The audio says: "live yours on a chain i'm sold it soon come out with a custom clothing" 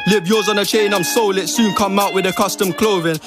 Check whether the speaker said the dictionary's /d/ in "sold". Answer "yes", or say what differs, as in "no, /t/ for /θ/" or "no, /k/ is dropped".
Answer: no, /d/ is dropped